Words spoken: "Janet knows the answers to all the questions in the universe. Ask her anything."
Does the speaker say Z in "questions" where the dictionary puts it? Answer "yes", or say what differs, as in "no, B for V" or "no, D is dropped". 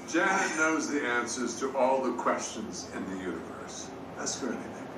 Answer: yes